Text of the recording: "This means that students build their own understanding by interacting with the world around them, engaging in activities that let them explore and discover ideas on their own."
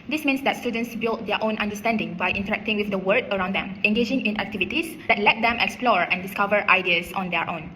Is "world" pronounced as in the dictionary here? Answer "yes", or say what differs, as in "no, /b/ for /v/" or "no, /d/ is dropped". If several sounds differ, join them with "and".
no, /l/ is dropped